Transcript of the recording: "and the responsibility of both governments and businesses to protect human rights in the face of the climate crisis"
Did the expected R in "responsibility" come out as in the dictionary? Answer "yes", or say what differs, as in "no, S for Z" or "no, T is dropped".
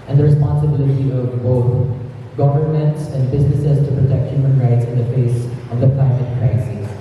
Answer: yes